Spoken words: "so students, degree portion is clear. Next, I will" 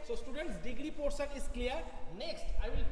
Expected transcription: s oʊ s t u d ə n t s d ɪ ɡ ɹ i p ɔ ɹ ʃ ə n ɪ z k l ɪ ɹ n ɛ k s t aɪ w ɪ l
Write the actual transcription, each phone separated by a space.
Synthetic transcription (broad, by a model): s oʊ s t u d ə n t s d ɪ ɡ ɹ i p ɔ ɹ s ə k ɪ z k l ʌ ɹ n ɛ k s t aɪ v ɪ l